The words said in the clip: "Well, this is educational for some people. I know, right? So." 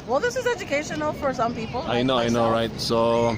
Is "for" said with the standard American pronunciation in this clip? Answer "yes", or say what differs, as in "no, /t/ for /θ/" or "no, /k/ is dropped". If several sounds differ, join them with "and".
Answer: yes